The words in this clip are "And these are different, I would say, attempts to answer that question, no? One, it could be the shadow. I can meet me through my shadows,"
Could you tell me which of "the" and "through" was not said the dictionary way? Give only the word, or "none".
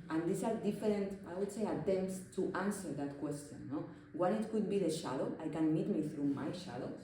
none